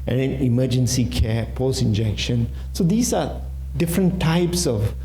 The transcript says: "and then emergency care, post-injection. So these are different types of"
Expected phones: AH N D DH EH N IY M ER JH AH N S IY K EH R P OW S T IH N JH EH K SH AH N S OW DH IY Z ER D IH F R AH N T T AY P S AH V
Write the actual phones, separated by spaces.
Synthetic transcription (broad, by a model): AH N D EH N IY M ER JH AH N S IY K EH P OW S IH N JH EH K SH AH N S OW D IY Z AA D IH F R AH N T T AY P S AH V